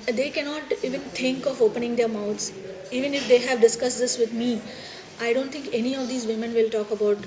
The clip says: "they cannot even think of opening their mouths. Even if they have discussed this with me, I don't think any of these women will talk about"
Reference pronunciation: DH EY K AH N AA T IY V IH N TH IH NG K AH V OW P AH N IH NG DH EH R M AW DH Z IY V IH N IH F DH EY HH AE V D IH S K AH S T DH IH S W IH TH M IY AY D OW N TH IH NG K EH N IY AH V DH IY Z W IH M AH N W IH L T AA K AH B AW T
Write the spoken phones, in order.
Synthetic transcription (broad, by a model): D EY K AH N AA T IY V IH N T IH NG K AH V OW P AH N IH NG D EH R M AW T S IY V IH N IH F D EY HH AE V D IH S K AH S T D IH S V IH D M IY AY D OW N T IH NG K EH N IY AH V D IY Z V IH M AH N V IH L T AA K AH B AW T